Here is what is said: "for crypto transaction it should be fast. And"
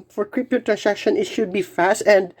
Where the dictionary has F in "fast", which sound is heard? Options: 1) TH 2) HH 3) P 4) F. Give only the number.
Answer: 4